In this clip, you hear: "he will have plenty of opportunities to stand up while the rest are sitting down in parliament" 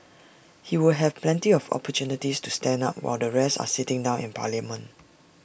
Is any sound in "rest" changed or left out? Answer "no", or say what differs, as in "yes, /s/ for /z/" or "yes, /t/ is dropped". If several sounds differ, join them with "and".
yes, /t/ is dropped